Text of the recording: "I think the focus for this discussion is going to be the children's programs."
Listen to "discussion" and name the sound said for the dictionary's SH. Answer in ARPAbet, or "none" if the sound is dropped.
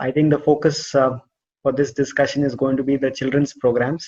SH